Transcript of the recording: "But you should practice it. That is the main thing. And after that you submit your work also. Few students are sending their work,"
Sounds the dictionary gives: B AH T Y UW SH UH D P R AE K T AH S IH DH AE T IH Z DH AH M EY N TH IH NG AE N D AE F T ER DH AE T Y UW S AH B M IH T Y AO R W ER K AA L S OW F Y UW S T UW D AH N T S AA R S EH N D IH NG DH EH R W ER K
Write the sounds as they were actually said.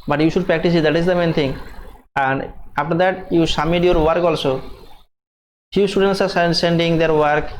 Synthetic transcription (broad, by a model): B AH T Y UW SH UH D P R AE K T AH S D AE T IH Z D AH M EY N T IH NG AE N D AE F T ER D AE T Y UW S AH M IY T Y AO R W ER K AA L S OW F Y UW S T UW D AH N T S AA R S EH N D IH NG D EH R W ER K